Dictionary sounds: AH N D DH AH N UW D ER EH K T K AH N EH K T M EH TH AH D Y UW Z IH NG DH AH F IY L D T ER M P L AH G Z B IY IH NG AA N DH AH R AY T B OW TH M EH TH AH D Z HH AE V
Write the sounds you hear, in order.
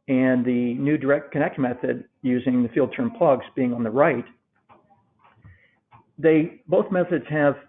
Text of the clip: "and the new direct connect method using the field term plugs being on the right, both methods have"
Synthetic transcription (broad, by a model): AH N DH AH N UW D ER EH K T K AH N EH K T M EH TH AH D Y UW Z IH NG DH AH F IY L D T ER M P L AH G Z B IY IH NG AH N DH AH R AY T B OW TH M EH TH AH D Z HH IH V